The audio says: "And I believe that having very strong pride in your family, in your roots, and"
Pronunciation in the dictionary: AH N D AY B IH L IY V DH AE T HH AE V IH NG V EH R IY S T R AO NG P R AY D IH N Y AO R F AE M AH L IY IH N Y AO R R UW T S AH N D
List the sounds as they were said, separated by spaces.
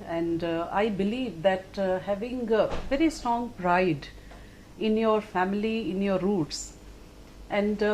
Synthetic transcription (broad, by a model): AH N D AY B IH L IY V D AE T HH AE V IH NG V EH R IY S T R AO NG P R AY D IH N Y AO R F AE M AH L IY IH N Y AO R R UW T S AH N D